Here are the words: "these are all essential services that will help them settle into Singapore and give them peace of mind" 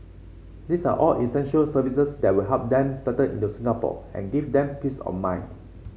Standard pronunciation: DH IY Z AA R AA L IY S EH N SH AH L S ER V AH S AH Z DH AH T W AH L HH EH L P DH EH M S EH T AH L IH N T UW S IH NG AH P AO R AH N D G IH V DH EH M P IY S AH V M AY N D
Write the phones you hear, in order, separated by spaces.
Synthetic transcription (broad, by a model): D IY S AA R AA L IY S EH N SH AH L S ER V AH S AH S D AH T W AH L HH EH L P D EH M S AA T AH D IH N T UW S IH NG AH P AO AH N G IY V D EH M P IY S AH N M AY N